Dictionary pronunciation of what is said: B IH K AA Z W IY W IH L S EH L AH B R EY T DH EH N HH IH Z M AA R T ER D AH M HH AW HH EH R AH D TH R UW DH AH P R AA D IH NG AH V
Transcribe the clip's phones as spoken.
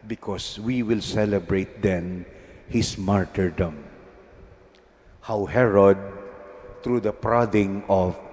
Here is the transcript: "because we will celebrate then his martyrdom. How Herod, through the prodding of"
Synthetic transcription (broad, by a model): B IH K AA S W IY W IH L S EH L AH B R EY T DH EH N HH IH S M AA R T ER D AH M HH AW HH EH R AH D T R UW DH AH P R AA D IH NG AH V